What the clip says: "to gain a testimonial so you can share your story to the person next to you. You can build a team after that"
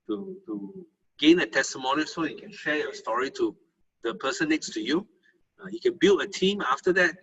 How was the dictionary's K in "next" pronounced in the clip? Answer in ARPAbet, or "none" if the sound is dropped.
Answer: none